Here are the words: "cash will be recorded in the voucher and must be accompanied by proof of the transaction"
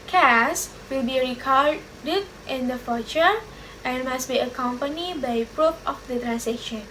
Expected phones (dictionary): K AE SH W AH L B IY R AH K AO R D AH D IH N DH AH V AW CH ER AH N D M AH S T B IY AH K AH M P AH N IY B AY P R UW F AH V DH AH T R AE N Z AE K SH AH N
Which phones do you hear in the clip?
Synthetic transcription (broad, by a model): K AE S W AH L B IY R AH K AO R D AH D IH N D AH F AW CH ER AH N M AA S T B IY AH K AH M P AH N IY B AY P R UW P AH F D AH T R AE N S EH K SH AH N